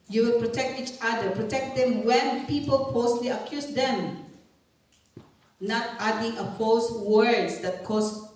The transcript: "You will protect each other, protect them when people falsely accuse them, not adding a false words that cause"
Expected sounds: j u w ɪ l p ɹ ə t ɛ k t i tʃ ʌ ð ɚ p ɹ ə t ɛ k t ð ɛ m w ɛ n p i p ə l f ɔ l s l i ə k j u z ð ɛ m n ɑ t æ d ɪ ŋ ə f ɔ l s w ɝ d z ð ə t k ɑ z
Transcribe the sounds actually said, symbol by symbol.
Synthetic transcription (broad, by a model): j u w ɪ l p ɹ ə t ɛ k t i tʃ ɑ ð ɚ p ɹ ə t ɛ k t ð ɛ m w ɛ n p i p ə l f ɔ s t l i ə k j u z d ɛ m n ɑ t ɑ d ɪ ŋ ə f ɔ s w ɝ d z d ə t k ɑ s